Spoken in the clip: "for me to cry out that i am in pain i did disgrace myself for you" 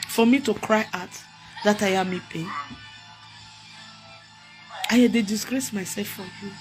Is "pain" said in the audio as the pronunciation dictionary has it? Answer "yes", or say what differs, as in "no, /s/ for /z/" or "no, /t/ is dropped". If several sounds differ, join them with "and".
no, /n/ is dropped